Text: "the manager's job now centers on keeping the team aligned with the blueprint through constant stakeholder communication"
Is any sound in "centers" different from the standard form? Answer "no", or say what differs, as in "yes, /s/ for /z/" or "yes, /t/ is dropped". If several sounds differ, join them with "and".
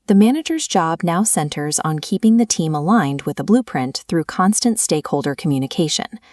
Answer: no